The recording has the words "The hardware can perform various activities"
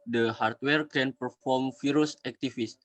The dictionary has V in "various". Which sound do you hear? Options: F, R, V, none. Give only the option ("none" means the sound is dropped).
F